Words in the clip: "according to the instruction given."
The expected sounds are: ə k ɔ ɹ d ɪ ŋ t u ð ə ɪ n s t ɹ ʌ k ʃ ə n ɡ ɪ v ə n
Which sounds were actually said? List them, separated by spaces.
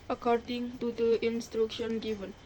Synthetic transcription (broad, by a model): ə k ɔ ɹ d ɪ ŋ t u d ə ɪ n s t ɹ ʌ k ʃ ə n ɡ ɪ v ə n